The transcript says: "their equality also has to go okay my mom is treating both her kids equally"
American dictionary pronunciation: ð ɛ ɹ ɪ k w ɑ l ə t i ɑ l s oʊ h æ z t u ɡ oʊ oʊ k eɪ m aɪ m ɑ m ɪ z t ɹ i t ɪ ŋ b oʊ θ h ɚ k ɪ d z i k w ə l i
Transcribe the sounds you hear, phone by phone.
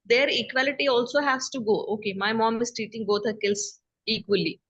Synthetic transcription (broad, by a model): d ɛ ɹ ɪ k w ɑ l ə t i ɑ l s oʊ h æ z t u ɡ oʊ oʊ k eɪ m aɪ m ɑ m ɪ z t i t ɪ ŋ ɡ oʊ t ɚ k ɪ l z i k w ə l i